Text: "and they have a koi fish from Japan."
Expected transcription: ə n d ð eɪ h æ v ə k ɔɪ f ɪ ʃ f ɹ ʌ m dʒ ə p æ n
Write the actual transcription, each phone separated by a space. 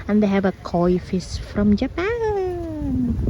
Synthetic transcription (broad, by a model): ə n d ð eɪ h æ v ə k ɔɪ f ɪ s f ɹ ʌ m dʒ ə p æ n